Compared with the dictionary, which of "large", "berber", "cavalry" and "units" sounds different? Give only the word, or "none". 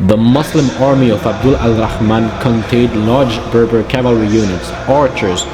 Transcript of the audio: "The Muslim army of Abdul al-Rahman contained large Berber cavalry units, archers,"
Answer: none